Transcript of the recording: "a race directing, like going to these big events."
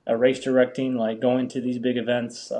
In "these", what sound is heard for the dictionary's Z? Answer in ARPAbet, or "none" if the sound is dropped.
Z